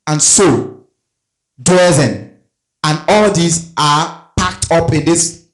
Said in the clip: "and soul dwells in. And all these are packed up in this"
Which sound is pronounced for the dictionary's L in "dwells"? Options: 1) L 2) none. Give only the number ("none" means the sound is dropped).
2